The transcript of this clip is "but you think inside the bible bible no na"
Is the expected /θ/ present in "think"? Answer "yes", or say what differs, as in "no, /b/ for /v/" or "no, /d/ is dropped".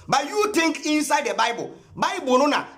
no, /t/ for /θ/